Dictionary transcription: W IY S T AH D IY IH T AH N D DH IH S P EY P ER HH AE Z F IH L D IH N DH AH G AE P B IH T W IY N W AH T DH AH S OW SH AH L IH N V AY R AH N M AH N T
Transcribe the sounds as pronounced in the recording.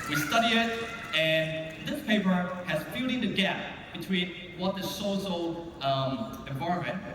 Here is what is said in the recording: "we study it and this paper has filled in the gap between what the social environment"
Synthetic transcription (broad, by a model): W IY S T AH D IY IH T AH N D DH IH S P EY P ER HH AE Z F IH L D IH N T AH G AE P B IH T W IY N W AH T DH AH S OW S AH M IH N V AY R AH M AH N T